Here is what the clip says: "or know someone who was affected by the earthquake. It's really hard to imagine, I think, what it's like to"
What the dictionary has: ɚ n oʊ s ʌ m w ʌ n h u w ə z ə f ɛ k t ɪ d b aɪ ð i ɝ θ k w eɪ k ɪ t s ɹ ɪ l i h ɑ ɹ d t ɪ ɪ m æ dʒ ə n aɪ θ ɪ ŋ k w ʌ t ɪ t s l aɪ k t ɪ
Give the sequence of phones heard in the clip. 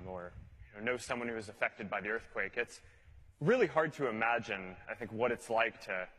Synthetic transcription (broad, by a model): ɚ n oʊ s ʌ m w ʌ n h u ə z ə f ɛ k t ɪ d b aɪ ð i ɝ θ k w eɪ k ɪ t s ɹ ɪ l i h ɑ ɹ d t ɪ ɪ m æ dʒ ə n aɪ θ ɪ ŋ k w ʌ t ɪ t s l aɪ k t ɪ